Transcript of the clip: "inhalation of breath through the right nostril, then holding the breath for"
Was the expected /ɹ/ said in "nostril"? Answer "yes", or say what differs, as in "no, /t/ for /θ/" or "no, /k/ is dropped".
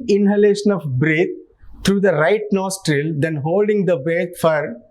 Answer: yes